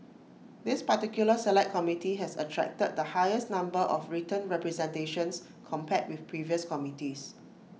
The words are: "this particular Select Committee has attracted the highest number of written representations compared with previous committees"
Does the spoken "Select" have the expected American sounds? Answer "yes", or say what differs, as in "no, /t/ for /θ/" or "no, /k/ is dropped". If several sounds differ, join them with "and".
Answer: no, /k/ is dropped